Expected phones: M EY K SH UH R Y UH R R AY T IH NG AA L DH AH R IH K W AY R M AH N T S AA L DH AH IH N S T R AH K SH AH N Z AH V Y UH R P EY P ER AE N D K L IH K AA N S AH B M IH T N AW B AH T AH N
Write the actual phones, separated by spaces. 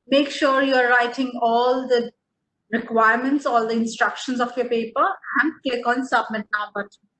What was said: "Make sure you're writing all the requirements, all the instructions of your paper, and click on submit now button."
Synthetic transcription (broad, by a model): M EY K SH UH R Y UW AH R AY T IH NG AA L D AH R IH K W AY R M AH N T S AA L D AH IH N S T R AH K SH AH N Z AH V Y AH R P EY P ER AE N D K EH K AA N S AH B M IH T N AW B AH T